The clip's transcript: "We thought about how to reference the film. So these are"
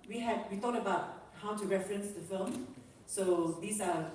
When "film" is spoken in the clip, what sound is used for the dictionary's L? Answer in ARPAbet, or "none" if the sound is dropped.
L